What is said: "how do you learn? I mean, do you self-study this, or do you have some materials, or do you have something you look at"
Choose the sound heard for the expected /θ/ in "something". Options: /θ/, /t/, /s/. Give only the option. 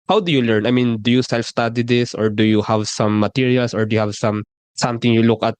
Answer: /t/